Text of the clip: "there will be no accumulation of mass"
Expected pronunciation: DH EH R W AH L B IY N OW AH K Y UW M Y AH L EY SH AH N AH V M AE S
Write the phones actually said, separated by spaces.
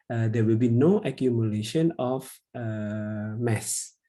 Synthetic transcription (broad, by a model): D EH W AH L B IY N OW AH K Y UW M Y AH L EY SH AH N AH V M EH S